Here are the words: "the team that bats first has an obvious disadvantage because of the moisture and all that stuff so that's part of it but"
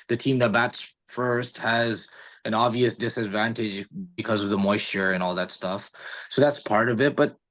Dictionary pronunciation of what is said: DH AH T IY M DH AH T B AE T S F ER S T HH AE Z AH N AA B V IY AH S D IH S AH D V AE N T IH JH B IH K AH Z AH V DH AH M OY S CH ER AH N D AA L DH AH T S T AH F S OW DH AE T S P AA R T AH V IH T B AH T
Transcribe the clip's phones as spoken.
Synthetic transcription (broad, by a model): DH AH T IY M DH AH T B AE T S F ER S T HH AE Z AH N AA B V IY AH S D IH S AH D V AE N T IH JH B IH K AH Z AH V DH AH M OY S CH ER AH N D AA L DH AH T S T AH F S OW DH AE T S P AA R T AH V IH T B AH T